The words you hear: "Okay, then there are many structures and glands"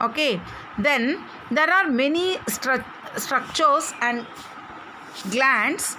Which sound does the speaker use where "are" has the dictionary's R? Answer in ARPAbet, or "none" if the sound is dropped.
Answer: R